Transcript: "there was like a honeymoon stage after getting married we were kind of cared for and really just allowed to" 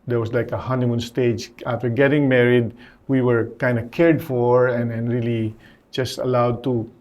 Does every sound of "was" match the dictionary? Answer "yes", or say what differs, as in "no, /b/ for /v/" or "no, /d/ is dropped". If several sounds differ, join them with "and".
no, /s/ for /z/